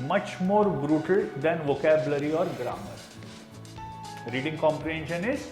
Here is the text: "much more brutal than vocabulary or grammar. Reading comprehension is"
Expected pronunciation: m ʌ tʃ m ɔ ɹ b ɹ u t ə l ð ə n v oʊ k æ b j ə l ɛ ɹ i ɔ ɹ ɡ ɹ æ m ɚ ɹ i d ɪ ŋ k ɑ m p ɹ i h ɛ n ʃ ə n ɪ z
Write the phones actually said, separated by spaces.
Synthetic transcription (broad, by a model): m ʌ tʃ m ɔ ɹ b ɹ u t ə l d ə n v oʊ k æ b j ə l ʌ ɹ i ɔ ɹ ɡ ɹ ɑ m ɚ ɹ i d ɪ ŋ k ɑ m p ɹ i h ɛ n ʃ ə n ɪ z